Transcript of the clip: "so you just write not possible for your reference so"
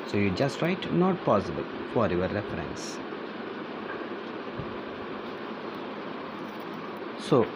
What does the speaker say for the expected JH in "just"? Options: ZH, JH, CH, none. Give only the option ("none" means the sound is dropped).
JH